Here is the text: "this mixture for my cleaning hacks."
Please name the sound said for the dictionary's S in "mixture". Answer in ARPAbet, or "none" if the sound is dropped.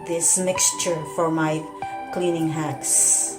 S